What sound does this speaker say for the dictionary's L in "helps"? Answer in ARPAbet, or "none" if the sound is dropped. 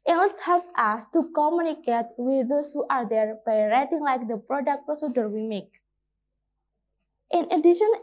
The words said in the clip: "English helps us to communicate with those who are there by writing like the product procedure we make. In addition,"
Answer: L